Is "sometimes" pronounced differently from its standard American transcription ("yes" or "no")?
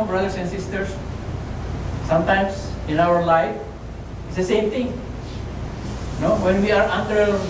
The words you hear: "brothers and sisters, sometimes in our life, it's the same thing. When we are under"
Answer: yes